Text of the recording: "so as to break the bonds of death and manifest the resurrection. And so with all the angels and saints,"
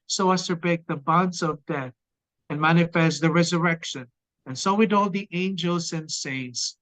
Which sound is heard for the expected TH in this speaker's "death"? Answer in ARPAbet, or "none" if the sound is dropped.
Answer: TH